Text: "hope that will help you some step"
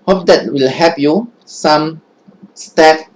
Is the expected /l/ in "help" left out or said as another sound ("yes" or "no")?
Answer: yes